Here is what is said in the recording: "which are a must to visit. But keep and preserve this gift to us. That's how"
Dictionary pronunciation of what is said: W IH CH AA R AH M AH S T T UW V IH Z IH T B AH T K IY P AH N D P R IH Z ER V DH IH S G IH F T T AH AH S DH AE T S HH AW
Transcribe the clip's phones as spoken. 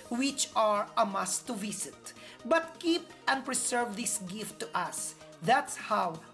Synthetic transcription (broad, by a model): W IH CH AA R AH M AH S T T UW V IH S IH T B AH T K IY P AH N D P R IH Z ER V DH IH S G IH F T T AH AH S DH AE T S HH AW